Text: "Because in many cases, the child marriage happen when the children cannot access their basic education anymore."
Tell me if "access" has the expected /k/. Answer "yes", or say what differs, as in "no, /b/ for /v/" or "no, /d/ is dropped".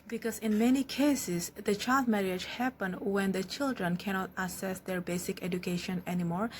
no, /k/ is dropped